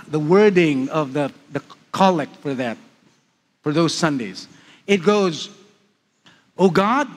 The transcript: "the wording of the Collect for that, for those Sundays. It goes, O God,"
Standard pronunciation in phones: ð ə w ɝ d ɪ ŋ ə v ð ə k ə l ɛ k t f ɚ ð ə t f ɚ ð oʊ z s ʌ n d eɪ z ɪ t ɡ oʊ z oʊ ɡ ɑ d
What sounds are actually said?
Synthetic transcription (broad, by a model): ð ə w ɝ d ɪ ŋ ə v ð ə k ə l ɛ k f ɚ ð ə t f ɚ ð oʊ z s ʌ n d eɪ z ɪ t ɡ oʊ z oʊ ɡ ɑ d